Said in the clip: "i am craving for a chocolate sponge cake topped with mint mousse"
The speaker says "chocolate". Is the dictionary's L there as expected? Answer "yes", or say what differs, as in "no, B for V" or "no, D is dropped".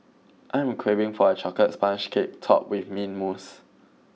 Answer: no, L is dropped